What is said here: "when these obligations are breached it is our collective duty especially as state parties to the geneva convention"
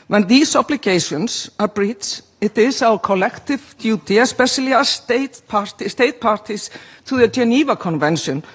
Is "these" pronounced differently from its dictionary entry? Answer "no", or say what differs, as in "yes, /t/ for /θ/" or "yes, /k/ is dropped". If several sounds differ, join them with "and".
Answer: yes, /s/ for /z/